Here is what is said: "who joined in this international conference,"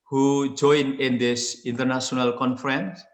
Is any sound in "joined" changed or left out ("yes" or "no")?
yes